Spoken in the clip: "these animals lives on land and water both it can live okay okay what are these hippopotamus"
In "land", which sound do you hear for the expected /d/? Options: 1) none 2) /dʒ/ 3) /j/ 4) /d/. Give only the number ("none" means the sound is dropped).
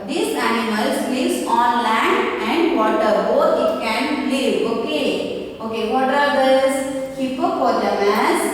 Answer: 1